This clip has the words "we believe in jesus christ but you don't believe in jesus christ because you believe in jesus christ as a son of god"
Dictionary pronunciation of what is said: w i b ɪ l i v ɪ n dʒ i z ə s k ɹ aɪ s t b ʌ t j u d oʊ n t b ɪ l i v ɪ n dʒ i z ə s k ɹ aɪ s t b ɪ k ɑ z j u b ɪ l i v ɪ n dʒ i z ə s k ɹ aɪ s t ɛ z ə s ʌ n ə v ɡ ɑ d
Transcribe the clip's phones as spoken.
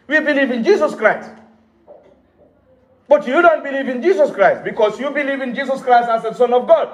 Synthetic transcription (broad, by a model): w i b ɪ l i v ɪ n dʒ i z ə s k ɹ aɪ s t b ʌ t j u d oʊ n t b ɪ l i v ɪ n dʒ i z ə s k ɹ aɪ s t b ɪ k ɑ s j u b ɪ l i v ɪ n dʒ i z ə s k ɹ aɪ s t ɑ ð ə s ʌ n ə v ɡ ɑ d